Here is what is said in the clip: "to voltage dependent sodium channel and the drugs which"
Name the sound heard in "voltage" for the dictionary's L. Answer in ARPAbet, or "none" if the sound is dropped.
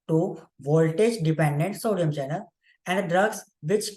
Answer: L